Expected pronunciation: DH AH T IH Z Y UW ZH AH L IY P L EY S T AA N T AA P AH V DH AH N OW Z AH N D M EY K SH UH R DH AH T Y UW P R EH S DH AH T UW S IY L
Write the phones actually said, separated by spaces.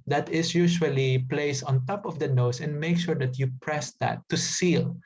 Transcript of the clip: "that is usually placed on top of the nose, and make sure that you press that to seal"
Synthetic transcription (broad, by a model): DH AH T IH S Y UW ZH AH L IY P L EY S AA N T AA P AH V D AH N OW S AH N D M EY K SH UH R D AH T Y UW P R EH S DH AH T UW S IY L